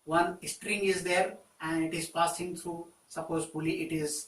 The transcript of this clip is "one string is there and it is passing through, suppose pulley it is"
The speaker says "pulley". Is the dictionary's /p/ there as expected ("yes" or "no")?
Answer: no